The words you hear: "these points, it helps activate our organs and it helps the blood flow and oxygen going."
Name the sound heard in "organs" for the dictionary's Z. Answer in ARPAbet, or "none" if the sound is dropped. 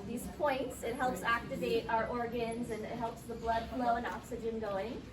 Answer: Z